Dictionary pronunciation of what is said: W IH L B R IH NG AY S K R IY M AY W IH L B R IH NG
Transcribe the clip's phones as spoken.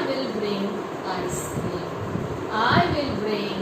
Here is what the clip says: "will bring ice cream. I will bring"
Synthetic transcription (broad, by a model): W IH L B R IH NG AY S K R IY AY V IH L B R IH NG